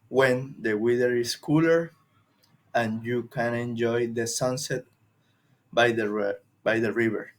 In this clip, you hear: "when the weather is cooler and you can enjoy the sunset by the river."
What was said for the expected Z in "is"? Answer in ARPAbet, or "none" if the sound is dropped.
S